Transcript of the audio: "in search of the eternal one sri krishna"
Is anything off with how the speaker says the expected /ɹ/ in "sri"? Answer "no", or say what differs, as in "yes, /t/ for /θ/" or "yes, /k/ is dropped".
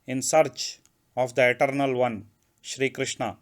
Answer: no